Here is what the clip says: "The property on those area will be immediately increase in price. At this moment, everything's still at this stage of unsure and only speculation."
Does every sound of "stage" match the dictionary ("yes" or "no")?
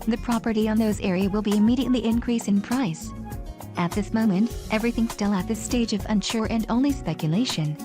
yes